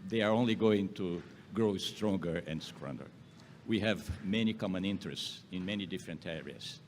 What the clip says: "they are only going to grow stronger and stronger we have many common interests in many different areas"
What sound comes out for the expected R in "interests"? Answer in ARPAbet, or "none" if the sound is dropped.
R